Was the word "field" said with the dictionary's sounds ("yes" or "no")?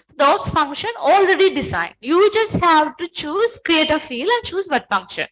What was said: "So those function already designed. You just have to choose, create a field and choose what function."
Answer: no